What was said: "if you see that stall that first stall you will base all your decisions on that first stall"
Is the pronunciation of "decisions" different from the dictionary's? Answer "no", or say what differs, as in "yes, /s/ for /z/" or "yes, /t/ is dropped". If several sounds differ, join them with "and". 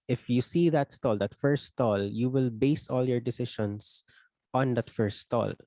yes, /ʃ/ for /ʒ/